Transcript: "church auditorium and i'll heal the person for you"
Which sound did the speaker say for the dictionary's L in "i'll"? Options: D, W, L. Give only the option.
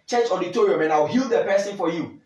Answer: W